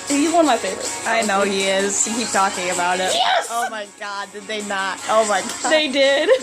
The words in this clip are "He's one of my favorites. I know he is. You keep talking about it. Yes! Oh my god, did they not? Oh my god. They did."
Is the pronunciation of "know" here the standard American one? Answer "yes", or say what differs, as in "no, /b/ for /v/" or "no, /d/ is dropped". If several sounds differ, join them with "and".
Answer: yes